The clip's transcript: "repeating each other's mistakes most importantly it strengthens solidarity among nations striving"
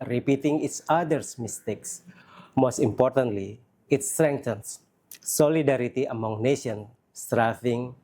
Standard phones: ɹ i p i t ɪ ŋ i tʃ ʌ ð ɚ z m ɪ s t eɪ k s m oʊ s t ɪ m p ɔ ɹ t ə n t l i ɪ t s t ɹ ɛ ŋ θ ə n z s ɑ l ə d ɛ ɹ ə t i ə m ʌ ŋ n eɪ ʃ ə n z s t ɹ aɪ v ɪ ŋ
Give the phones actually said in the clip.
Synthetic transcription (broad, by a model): ɹ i p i t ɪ ŋ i s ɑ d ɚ s m ɪ s t eɪ k s m oʊ s t ɪ m p ɔ ɹ t ə n t l i ɪ t s t ɹ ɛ ŋ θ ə n s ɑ l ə d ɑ ɹ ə t i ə m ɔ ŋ n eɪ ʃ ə n s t ɹ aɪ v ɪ ŋ